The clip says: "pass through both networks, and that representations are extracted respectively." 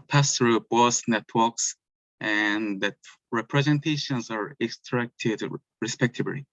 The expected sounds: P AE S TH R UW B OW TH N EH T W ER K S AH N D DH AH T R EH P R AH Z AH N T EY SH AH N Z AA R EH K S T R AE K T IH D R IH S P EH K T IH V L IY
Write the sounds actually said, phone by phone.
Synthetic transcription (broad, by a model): P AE S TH R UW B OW S N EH T W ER K S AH N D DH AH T R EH P R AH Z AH N T EY SH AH N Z AA R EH K S T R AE K T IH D R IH S P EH K T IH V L IY